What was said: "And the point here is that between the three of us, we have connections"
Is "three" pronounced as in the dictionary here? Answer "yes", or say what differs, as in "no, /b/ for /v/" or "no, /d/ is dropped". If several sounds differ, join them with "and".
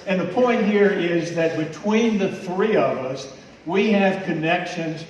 yes